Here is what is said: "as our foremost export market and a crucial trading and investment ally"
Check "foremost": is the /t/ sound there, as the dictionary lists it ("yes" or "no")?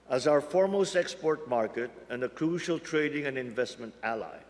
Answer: yes